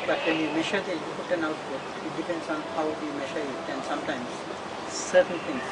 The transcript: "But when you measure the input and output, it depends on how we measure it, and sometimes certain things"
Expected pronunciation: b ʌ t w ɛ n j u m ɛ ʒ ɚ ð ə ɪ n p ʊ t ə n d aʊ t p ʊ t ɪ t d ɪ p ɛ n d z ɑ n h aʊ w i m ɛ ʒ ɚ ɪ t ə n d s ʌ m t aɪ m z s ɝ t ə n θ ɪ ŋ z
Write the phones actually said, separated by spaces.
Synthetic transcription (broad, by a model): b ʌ t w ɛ n j u m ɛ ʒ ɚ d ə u p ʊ t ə n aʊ t b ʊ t ɪ t d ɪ p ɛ n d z ɑ n h aʊ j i m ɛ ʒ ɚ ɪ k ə n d s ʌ m t aɪ m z s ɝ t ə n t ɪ ŋ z